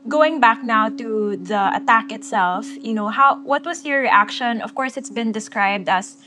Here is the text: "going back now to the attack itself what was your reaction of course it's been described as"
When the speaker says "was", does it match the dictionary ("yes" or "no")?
no